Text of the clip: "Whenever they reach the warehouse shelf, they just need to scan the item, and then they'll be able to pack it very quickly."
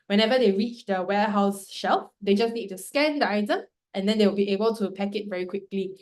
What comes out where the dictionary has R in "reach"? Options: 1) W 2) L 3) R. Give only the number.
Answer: 3